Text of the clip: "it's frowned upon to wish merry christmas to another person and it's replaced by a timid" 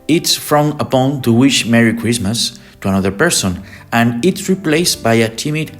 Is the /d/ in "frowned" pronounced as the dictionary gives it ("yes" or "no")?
no